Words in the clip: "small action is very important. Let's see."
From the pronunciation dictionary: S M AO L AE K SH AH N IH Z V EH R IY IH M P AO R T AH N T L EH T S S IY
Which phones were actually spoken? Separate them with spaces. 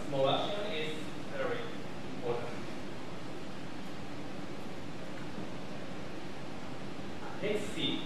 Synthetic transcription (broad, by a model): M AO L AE SH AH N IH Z V EH R IY IH M P AO R T AH N T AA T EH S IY